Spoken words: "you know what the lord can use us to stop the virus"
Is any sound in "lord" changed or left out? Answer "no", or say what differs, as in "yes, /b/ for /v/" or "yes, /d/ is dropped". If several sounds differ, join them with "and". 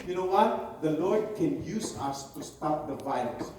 no